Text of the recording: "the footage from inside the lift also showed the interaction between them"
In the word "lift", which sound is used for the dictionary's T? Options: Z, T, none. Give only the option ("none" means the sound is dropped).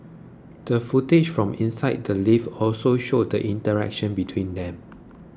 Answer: none